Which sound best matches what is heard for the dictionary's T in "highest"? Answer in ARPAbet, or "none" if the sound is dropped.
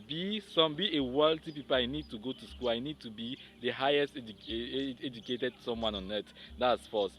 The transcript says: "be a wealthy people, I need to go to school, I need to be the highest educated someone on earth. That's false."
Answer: T